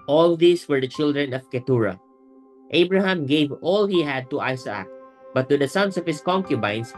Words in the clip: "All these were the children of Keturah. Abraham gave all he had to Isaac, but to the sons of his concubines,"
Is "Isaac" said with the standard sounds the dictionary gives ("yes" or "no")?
no